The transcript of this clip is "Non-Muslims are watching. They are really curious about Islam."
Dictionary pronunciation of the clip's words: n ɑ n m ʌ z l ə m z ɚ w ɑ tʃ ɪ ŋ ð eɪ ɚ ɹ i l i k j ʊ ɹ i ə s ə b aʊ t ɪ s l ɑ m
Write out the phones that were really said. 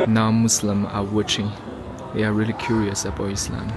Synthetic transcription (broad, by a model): n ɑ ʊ m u s l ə m ɚ w ɑ tʃ ɪ ŋ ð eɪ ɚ ɹ i l i k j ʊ ɹ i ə s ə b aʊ ɪ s l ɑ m